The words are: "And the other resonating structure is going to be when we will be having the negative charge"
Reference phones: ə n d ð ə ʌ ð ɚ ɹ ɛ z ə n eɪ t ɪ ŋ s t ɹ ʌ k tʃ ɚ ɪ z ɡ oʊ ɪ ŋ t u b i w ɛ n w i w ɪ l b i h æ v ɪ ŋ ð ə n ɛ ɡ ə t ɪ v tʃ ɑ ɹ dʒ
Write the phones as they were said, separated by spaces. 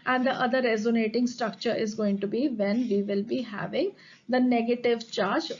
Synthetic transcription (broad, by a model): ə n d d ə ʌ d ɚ ɹ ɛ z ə n eɪ t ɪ ŋ s t ɹ ʌ k tʃ ɚ ɪ z ɡ oʊ ɪ ŋ t u b i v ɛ n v i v ɪ l b i h æ v ɪ ŋ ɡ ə n ɛ ɡ ə t ɪ v tʃ ɑ ɹ dʒ